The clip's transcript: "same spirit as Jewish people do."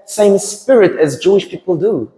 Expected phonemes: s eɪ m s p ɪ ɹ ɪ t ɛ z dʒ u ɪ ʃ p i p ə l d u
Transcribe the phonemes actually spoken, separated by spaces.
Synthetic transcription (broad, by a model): s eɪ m s p ɪ ɹ ɪ t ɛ z dʒ u ɪ ʃ p i p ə l d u